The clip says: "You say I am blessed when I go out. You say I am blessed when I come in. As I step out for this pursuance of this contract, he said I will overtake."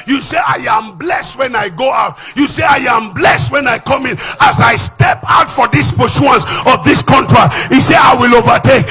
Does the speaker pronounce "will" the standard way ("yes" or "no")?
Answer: yes